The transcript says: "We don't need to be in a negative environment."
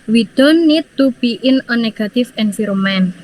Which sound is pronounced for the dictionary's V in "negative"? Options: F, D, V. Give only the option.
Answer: F